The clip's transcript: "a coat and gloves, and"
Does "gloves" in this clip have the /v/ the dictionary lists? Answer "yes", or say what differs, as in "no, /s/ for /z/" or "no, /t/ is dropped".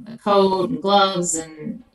yes